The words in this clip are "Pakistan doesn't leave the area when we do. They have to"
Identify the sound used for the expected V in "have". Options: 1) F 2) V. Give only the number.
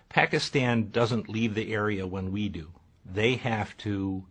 1